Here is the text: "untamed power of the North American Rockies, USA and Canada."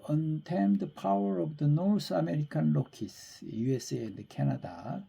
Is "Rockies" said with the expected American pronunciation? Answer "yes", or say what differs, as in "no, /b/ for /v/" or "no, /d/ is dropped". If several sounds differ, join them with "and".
no, /l/ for /ɹ/ and /s/ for /z/